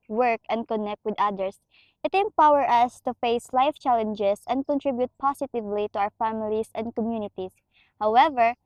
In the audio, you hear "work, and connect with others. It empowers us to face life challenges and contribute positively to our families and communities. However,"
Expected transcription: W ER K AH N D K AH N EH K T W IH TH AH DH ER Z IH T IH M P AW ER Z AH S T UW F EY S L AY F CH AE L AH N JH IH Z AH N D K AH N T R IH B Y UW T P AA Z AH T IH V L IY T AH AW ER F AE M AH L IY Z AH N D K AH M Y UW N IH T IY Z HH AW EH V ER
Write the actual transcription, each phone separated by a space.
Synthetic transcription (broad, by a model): W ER K AH N D K AH N EH K T W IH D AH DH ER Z IH T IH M P AW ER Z AH S T UW F EY S L AY F CH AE L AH N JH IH S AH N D K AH N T R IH B Y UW T P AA S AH T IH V L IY T AH AW ER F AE M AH L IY S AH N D K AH M Y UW N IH T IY S HH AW EH V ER